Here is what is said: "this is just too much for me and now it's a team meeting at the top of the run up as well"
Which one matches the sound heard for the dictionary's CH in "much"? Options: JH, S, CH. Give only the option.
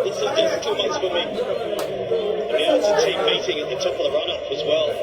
S